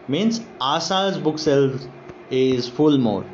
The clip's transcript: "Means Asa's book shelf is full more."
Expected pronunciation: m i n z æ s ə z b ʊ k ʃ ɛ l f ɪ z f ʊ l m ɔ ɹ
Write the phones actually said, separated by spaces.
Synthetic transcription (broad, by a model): m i n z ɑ s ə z b ʊ k s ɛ l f ɪ z f ʊ l m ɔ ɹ